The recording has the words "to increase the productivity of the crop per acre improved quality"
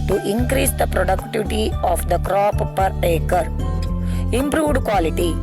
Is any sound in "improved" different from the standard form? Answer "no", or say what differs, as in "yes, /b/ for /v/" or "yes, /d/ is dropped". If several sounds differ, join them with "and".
no